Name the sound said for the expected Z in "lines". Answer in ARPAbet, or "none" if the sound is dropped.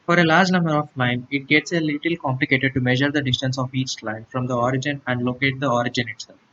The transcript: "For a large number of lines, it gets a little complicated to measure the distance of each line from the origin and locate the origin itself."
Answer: none